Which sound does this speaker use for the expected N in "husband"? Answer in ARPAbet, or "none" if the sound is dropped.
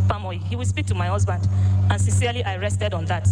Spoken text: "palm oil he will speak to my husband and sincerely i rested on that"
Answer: N